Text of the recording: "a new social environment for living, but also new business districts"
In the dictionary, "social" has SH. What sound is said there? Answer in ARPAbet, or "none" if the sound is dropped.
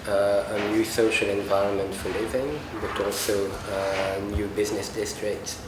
SH